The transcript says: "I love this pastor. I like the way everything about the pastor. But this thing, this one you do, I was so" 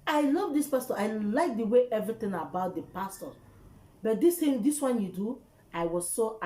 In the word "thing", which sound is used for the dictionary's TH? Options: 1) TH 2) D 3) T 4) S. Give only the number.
3